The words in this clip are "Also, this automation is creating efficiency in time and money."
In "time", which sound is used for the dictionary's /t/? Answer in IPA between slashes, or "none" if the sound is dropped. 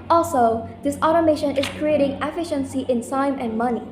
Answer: /s/